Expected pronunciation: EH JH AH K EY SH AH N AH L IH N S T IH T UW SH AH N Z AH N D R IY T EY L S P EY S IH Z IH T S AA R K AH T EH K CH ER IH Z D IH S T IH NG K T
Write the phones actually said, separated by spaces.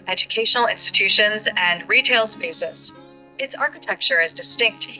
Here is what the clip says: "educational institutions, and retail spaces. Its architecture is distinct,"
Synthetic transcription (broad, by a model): EH JH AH K EY SH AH N L IH N S T IH T UW SH AH N Z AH N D R IY T EY L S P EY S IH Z IH T S AA R K AH T EH K CH ER IH Z D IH S T IH NG K T